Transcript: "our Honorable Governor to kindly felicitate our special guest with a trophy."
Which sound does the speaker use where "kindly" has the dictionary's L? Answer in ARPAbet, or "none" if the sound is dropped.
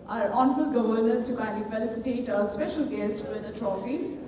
none